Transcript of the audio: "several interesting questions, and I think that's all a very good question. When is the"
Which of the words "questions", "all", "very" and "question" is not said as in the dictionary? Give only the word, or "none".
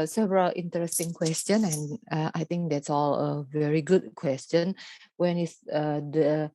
questions